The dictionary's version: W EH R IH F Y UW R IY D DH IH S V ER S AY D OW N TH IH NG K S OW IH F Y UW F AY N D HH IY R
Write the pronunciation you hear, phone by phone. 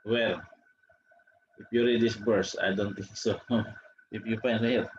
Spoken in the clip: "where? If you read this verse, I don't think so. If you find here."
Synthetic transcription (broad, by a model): W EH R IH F Y UW R IY D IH S B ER S AY D OW N T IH NG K S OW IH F Y UW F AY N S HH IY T